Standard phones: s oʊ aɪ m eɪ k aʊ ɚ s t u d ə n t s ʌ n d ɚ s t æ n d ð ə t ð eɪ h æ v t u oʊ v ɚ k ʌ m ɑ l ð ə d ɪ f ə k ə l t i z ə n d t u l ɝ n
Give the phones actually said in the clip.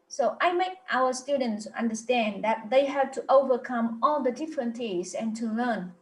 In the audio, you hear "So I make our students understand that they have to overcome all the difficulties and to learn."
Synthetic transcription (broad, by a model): s oʊ aɪ m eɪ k aʊ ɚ s t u d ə n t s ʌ n d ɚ s t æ n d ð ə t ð eɪ h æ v t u oʊ v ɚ k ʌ m ɑ l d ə d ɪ f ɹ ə n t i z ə n t u l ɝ n